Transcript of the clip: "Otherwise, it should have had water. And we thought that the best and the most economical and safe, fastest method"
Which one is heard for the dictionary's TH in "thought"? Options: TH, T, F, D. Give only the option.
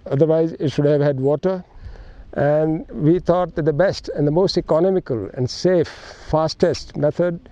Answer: T